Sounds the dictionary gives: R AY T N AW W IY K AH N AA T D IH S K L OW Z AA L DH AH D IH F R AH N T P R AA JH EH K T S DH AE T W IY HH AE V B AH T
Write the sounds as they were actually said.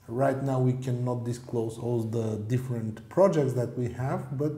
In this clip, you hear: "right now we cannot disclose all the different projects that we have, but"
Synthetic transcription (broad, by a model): R AY T N AW W IY K AH N AA T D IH S K L OW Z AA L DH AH D IH F R AH N T P R AA JH EH K T S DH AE T W IY HH AE V B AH T